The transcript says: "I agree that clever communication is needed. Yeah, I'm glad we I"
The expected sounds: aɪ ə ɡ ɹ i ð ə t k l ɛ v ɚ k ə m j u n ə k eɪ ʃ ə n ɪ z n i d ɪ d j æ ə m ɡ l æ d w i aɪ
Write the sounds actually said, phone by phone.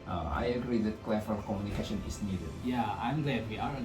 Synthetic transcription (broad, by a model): aɪ ə ɡ ɹ i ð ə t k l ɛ f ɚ k ə m j u n ə k eɪ ʃ ə n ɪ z n i d ɪ d j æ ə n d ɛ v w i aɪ